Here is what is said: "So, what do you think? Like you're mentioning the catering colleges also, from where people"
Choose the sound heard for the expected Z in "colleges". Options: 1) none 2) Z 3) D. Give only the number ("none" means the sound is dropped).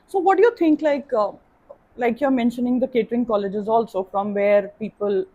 2